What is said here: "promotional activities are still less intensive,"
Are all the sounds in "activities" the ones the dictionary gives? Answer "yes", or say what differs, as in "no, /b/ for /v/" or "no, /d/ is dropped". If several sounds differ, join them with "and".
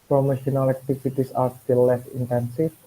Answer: no, /s/ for /z/